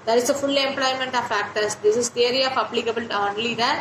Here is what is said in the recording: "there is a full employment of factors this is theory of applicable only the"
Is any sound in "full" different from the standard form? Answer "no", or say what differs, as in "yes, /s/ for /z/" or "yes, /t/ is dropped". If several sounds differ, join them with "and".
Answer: no